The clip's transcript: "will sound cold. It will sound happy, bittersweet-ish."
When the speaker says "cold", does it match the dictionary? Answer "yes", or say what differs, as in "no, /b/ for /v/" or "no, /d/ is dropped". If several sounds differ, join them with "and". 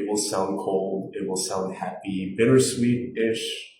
yes